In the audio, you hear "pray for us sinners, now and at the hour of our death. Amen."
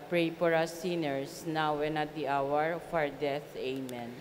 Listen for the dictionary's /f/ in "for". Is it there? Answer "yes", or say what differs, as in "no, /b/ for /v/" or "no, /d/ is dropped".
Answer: no, /p/ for /f/